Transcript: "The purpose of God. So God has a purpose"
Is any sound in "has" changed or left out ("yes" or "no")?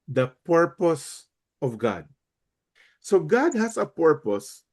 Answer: yes